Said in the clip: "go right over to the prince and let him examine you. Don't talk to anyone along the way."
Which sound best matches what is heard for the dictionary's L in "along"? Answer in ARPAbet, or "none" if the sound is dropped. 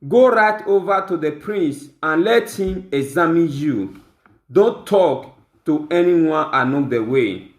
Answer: N